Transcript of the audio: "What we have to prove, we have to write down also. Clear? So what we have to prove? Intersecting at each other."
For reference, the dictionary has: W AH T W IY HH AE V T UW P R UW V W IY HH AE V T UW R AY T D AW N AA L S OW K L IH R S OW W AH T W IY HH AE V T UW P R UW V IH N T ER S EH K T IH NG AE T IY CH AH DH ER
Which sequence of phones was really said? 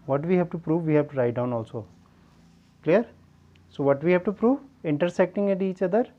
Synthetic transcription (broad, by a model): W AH T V IY HH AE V T UW P R UW V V IY HH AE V T UW R AY T D AW N AA L S OW K L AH R S OW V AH T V IY HH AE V T UW P R UW V IH N T ER S EH K T IH NG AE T IY CH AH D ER